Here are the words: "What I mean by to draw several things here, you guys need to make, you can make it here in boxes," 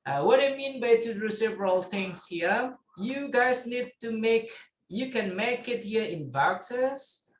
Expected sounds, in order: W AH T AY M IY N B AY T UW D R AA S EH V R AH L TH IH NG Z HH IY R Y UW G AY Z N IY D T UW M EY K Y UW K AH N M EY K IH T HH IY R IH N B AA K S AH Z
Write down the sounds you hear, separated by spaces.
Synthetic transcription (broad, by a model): W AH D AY M IY N B AY T UW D UW S EH V R AH L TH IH NG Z HH IY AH Y UW G AY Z N IY D T UW M EY K Y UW K AH N M EY K IH T HH IY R IH N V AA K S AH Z